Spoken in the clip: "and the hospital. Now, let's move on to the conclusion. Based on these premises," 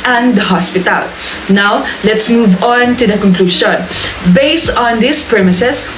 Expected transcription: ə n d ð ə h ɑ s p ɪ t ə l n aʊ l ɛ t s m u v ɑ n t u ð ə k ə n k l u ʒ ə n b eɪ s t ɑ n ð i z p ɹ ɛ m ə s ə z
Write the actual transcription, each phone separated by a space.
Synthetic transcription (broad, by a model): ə n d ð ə h ɑ s p ɪ t ə l n aʊ l ɛ t s m u v ɑ n t u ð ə k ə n k l u ʃ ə n b eɪ s t ɑ n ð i s p ɹ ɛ m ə s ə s